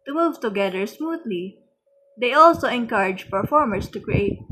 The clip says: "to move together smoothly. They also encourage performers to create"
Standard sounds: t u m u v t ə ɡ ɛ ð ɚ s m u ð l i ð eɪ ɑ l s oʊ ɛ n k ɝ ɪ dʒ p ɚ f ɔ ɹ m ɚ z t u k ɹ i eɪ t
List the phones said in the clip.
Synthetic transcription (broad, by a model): t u m u v t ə ɡ ɛ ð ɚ s m u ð l i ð eɪ ɑ l s oʊ ɛ n k ɝ ɪ dʒ p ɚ f ɔ ɹ m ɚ s t u k ɹ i eɪ t